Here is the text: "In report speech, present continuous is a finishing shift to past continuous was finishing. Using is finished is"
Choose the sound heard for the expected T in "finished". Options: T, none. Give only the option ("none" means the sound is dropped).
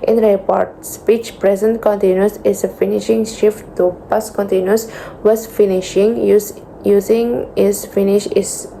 none